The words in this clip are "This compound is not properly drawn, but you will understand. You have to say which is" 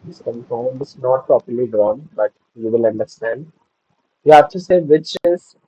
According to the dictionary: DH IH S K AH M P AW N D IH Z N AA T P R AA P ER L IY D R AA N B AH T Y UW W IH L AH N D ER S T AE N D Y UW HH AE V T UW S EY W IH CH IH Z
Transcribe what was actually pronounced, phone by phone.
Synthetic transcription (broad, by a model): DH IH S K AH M F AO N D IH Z N AA T P R AA P ER L IY D R AA N B AH T Y UW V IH L AH N D ER S T AE N D Y UW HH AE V T UW S EY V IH CH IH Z